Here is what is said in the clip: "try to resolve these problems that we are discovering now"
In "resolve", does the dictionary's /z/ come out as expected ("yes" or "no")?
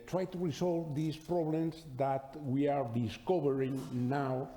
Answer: no